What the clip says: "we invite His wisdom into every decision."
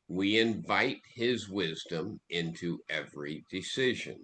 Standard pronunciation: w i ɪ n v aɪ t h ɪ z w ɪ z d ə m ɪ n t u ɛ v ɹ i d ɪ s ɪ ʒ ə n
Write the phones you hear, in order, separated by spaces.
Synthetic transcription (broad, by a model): w i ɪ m v aɪ t h ɪ z w ɪ z d ə m ɪ n t u ɛ v ɹ i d ɪ s ɪ ʒ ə n